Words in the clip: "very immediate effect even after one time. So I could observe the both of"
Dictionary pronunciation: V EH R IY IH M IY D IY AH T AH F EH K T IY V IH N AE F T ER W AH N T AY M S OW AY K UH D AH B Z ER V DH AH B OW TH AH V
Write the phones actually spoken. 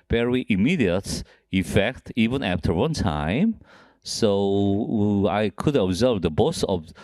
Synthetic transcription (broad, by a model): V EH R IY IH M IY D IY AH T AH F EH K T IY V IH N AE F T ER W AH N T AY M S OW AY K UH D AH B Z ER V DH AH B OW S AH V